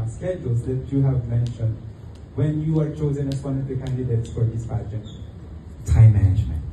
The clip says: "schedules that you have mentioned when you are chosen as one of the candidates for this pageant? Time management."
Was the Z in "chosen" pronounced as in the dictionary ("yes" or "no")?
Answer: yes